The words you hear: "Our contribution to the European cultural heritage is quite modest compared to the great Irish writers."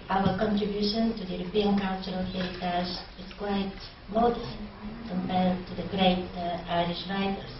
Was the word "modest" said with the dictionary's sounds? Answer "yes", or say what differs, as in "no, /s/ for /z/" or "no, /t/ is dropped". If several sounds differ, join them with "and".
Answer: no, /s/ is dropped